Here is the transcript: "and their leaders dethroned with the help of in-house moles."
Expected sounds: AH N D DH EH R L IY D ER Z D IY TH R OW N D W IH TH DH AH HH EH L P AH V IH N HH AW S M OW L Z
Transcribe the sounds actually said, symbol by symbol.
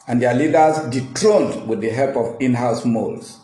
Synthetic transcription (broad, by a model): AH N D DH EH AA L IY D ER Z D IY T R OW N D W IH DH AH HH EH L P AH V IH N HH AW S M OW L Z